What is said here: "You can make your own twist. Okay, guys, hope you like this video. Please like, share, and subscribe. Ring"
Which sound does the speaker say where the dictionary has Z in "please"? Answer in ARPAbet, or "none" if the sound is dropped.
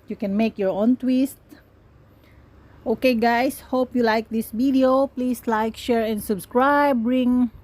S